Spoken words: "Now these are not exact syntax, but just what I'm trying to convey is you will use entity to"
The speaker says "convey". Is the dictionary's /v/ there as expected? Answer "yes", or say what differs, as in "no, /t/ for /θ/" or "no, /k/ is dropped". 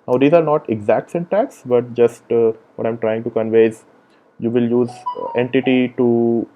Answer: yes